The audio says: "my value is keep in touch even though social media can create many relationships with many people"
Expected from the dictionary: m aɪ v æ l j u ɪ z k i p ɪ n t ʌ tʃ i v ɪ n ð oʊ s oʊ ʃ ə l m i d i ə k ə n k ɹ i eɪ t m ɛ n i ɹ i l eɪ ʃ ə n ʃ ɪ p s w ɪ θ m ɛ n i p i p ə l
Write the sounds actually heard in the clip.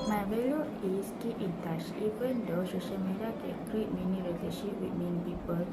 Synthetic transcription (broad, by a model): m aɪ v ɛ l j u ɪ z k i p ɪ n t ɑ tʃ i p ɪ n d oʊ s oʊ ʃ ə l m i d i ə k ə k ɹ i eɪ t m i n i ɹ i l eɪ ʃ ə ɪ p w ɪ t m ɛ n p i p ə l